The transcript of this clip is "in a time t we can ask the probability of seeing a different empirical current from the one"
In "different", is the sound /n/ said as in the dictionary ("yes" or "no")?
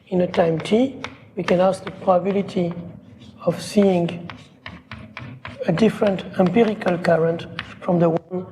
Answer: yes